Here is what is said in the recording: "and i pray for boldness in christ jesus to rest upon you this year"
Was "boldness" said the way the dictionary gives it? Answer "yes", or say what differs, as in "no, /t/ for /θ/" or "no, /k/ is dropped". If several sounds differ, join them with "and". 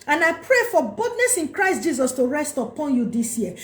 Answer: no, /l/ is dropped